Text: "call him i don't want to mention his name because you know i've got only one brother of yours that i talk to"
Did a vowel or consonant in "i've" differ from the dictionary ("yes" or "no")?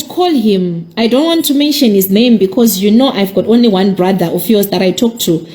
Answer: no